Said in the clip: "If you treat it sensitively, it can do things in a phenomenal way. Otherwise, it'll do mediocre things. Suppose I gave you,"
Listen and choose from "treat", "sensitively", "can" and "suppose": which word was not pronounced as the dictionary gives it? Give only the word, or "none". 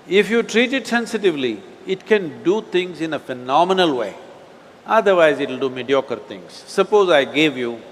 none